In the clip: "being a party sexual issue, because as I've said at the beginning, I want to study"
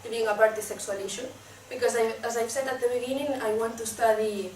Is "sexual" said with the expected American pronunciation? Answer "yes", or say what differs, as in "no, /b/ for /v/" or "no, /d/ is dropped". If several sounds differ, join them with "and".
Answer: no, /s/ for /ʃ/